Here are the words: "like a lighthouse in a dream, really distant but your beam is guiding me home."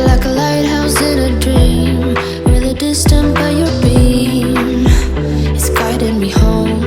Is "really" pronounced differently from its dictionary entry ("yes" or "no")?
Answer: yes